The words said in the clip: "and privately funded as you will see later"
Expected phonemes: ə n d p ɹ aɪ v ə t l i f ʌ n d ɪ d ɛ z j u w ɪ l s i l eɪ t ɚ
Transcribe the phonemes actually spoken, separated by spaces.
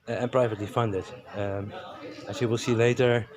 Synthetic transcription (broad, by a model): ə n p ɹ aɪ v ə t l i f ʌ n d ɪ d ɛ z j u w ɪ l s i l eɪ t ɚ